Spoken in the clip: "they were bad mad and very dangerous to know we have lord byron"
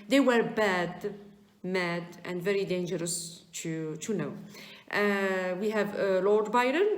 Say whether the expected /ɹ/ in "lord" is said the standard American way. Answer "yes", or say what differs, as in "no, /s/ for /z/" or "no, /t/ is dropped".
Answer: yes